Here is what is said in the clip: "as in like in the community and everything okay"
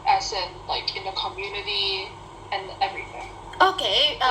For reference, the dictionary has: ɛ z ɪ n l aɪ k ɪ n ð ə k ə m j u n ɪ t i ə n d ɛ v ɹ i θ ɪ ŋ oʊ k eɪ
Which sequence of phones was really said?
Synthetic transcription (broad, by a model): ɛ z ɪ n l aɪ k ɪ n ð ə k ə m j u n ɪ t i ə n ɛ v ɹ i θ ɪ ŋ oʊ k eɪ